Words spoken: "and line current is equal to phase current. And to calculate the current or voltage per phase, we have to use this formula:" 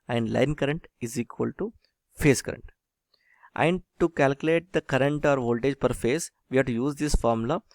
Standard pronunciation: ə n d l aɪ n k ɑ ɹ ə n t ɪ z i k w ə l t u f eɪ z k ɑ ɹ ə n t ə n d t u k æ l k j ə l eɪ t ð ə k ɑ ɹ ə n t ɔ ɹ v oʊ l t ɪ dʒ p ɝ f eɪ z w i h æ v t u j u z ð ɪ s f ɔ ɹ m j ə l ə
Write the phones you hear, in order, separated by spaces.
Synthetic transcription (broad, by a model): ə n d l aɪ n k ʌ ɹ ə n t ɪ z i k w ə l t u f eɪ s k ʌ ɹ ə n t ə n d t u k æ l k j ə l eɪ t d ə k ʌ ɹ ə n t ɔ ɹ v oʊ l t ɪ dʒ p ɝ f eɪ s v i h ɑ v t u j u z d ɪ s f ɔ ɹ m l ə